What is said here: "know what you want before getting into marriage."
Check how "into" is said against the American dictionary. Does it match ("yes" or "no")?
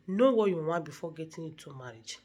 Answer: no